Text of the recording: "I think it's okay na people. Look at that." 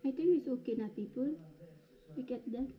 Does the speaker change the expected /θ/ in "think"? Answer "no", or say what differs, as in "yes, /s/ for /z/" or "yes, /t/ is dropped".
yes, /t/ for /θ/